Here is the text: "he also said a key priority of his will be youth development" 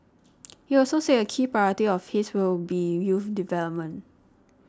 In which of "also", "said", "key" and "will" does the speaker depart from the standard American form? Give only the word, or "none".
said